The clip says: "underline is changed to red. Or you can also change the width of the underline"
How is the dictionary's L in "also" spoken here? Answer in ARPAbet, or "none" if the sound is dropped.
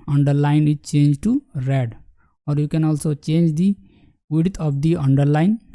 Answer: L